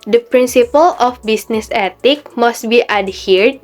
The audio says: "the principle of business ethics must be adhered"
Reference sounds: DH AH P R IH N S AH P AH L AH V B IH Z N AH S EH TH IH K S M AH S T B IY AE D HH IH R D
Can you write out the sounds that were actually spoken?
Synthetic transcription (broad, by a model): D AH P R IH N S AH P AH L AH F B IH S N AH S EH T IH K M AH S T B IY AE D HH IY R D